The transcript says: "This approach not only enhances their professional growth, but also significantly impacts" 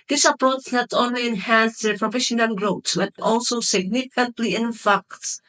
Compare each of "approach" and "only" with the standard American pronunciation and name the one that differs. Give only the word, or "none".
approach